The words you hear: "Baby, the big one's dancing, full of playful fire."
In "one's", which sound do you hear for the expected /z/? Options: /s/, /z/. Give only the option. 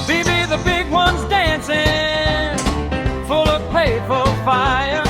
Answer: /z/